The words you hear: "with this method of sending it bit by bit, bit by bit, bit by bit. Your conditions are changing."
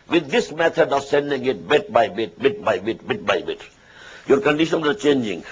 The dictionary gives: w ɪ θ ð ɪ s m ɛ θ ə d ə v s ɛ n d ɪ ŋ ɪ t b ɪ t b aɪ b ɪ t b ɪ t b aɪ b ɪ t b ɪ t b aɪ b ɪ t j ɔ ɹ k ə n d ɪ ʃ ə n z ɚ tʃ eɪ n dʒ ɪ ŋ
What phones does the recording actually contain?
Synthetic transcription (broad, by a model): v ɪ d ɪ s m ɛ t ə d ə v s ɛ n d ɪ ŋ ɪ t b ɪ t b aɪ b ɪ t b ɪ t b aɪ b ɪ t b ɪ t b aɪ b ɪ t j ɔ ɹ k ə n d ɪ ʃ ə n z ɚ tʃ eɪ n dʒ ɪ ŋ